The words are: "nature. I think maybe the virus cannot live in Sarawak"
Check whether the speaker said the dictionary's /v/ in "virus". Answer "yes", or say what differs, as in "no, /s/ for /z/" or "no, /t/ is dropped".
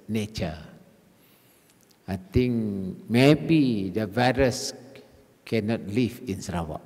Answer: yes